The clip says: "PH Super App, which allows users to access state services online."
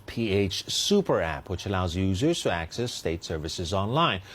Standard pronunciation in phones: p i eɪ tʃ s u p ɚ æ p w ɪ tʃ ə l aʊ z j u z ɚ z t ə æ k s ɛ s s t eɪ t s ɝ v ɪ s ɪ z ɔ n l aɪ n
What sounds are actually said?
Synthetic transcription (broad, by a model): p i eɪ tʃ s u p ɚ æ p w ɪ tʃ ə l aʊ z j u z ɚ z t ə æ k s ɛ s s t eɪ t s ɝ v ɪ s ɪ z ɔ n l aɪ n